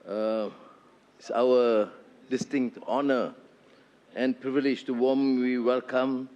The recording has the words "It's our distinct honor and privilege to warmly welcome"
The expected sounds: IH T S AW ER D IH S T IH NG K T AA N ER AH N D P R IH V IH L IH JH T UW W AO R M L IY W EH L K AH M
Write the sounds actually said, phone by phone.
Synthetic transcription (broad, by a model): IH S AW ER D IH S T IH NG K T AA N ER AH N P R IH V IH L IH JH T UW W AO M W IY W EH L K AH M